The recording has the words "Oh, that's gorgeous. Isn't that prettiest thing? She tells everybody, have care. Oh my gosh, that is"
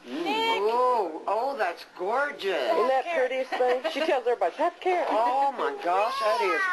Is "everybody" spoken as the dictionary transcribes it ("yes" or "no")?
no